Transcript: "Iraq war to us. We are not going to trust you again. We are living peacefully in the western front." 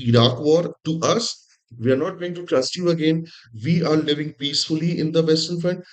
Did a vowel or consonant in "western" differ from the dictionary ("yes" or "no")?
yes